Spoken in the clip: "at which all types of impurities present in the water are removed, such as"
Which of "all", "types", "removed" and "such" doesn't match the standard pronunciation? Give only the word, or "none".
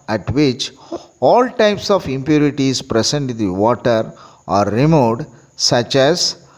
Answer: removed